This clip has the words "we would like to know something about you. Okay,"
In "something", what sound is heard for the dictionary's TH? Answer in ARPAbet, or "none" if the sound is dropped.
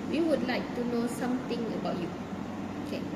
T